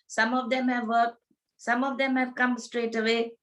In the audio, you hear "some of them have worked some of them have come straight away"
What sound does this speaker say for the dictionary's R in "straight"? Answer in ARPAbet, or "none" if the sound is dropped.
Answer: R